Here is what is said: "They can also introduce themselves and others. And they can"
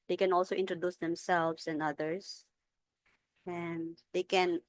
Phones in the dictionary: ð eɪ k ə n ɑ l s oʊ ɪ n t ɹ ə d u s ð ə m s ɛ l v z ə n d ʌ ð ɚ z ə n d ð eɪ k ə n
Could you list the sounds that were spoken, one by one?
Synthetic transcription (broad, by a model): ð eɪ k ə n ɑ l s oʊ ɪ n t ɹ ə d u s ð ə m s ɛ l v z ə n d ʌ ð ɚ s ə n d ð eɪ k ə n